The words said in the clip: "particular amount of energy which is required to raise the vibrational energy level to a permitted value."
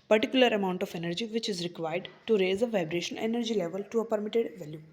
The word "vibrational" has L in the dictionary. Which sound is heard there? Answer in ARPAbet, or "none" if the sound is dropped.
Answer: N